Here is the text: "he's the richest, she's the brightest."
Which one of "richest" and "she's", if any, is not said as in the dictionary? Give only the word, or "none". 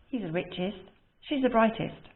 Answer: none